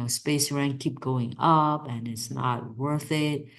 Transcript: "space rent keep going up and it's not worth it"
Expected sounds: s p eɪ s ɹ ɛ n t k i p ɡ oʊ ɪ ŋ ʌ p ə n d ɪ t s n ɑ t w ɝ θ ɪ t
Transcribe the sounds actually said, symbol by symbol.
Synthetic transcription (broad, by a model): s p eɪ s ɹ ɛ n k i p ɡ oʊ ɪ ŋ ʌ p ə n ɪ t s n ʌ t w ɝ θ ɪ t